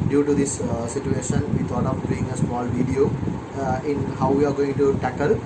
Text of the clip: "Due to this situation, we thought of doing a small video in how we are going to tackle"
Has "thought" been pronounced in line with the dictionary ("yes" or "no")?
no